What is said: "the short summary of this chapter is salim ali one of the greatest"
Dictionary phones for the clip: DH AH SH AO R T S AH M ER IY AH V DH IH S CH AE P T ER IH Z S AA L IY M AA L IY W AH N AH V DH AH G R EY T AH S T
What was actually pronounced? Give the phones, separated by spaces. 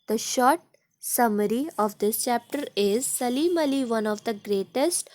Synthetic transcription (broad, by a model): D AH SH AO R T S AH M ER IY AH V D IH S CH AE P T ER IH Z S AA L IY M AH L IY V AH N AH V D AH G R EY T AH S T